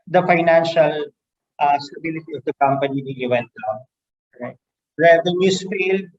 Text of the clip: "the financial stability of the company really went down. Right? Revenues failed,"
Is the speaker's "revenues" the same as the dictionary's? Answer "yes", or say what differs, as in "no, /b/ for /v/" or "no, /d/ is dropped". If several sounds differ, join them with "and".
no, /s/ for /z/